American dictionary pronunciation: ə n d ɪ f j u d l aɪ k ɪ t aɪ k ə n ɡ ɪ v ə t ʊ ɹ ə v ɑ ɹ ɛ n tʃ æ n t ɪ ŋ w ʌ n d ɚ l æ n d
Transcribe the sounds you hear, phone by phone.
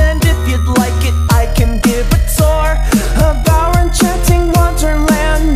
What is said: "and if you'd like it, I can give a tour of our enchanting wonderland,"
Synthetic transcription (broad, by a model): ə n d ɪ f j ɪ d l aɪ k ɪ t aɪ k ə n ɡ ɪ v ə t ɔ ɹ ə b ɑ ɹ ɛ n tʃ æ n t ɪ ŋ w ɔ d ɚ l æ n